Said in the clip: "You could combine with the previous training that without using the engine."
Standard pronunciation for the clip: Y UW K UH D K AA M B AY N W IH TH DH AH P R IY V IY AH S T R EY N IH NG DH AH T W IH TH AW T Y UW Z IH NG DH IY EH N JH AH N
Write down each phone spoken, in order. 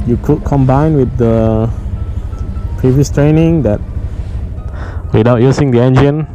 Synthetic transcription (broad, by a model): Y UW K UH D K AA M B AY N W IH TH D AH P R IY V IY AH S T R EY N IH NG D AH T W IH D AW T Y UW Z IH NG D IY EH N JH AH N